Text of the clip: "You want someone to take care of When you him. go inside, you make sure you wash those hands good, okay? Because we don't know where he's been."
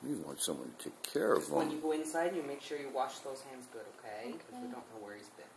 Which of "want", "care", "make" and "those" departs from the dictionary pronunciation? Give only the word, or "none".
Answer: none